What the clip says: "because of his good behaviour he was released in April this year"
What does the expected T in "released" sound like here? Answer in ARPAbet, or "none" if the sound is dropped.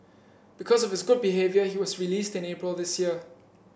T